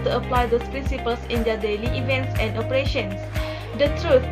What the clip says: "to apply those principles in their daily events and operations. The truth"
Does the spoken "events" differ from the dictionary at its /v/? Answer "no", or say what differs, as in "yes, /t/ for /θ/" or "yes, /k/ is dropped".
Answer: no